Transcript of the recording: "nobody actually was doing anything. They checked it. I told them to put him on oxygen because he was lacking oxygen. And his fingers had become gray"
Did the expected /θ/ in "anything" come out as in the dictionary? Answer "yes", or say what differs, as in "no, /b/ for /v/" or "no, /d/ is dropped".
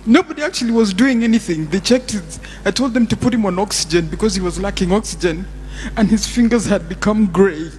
yes